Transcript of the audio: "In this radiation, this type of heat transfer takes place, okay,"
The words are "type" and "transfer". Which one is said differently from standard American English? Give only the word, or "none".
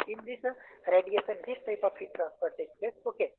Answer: transfer